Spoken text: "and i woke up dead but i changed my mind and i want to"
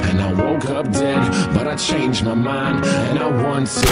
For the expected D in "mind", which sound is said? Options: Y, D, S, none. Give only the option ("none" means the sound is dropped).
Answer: D